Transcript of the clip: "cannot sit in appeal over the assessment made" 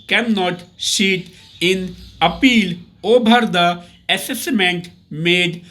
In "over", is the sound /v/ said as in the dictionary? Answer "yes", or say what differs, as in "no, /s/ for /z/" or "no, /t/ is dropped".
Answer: no, /b/ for /v/